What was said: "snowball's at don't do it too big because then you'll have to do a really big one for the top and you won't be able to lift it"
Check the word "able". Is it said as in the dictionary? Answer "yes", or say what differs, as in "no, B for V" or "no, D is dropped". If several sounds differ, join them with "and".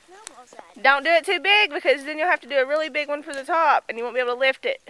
no, B is dropped